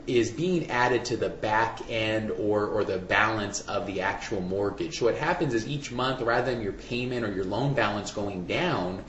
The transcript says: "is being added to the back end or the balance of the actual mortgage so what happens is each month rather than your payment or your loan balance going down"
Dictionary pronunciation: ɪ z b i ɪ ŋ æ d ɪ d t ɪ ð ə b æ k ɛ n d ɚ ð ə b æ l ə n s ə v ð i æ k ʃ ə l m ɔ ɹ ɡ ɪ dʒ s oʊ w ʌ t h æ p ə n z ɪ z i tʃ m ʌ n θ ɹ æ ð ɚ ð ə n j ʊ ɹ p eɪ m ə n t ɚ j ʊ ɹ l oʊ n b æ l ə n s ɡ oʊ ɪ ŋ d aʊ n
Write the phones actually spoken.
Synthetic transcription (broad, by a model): ɪ z b i ɪ ŋ æ d ɪ d t ɪ ð ə b æ k ɛ n d ɚ ð ə b æ l ə n s ə v ð i æ k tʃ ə l m ɔ ɹ ɡ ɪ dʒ s oʊ w ʌ t h æ p ə n z ɪ z i tʃ m ʌ n θ ɹ æ ð ɚ ð ə n j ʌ ɹ p eɪ m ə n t ɚ j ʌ ɹ l oʊ n b æ l ə n s ɡ oʊ ɪ ŋ d aʊ n